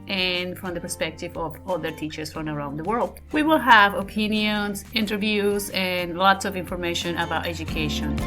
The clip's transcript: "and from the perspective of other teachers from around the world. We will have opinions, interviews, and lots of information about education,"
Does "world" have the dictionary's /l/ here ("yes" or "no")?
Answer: yes